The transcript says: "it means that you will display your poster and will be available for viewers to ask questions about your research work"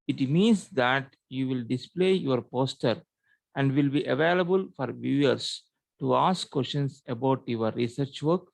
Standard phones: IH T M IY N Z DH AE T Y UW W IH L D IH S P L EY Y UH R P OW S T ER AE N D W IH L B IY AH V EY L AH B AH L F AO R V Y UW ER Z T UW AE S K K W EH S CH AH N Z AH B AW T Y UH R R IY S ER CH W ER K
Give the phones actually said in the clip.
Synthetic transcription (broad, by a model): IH T M IY N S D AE T Y UW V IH L D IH S P L EY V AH R P OW S T ER AE N D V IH L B IY AH V EY L AH B AH L F AO R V Y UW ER S T UW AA S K K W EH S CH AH N S AH B AW T Y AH R R IY S ER CH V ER K